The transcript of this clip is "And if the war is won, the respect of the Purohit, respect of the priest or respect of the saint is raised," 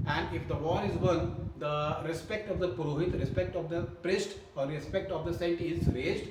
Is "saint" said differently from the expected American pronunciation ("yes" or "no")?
yes